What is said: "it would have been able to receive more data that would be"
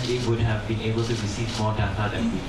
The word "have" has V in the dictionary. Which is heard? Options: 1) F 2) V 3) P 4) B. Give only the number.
2